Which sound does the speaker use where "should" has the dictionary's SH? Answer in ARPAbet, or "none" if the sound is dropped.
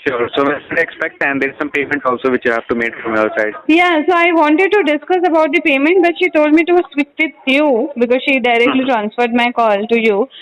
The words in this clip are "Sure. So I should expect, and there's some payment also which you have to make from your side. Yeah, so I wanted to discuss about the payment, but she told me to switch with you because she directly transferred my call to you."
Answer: S